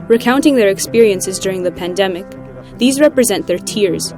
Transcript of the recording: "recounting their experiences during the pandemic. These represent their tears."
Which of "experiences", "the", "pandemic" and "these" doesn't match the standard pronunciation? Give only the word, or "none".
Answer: none